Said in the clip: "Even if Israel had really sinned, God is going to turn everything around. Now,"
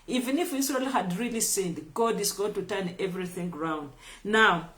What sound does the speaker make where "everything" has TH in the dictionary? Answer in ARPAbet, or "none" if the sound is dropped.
TH